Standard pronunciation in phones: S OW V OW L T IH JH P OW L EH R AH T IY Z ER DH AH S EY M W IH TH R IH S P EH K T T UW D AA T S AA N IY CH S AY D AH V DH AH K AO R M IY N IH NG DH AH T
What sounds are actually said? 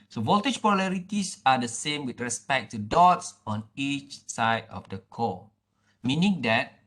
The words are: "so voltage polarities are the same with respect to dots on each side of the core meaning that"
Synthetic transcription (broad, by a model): S OW V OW L T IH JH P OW L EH R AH T IY S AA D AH S EY M W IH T R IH S P EH K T T UW D AA T S AA N IY CH S AY D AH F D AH K AO M IY N IH NG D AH T